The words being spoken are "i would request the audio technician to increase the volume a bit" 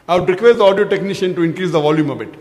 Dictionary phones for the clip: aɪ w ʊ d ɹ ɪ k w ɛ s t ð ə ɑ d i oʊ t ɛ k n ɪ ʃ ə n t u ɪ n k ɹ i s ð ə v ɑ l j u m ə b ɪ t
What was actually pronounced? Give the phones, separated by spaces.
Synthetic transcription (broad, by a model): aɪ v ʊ d ɹ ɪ k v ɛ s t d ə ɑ d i oʊ t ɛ k n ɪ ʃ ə n t u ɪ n k ɹ i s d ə v ɑ l j u m ə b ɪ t